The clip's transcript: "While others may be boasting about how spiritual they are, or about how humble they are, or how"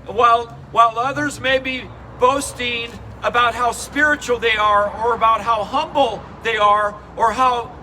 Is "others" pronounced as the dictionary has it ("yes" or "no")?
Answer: yes